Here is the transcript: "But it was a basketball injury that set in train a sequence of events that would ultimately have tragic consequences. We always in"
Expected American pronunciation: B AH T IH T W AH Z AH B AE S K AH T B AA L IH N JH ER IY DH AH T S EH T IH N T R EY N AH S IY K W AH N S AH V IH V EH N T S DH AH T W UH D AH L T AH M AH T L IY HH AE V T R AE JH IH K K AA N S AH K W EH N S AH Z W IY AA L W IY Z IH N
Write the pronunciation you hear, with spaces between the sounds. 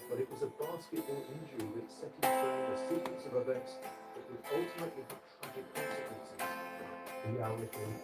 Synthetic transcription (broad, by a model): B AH T IH T W AH Z AH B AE S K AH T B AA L IH N JH ER IY DH AH T S EH T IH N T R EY AH S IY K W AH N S AH V IH V EH N T S DH AH T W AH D AH L T AH M AH T L IY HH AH T R AE JH IH K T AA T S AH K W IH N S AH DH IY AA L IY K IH